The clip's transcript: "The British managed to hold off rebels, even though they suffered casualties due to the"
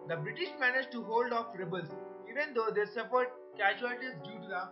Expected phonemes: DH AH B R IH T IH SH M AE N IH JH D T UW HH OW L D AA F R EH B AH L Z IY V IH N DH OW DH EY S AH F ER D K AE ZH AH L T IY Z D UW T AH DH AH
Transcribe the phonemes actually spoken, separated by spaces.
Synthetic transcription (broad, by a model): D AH B R IH T IH SH M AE N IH JH T UW HH OW L D AA F R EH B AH L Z IY V IH N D OW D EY S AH P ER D K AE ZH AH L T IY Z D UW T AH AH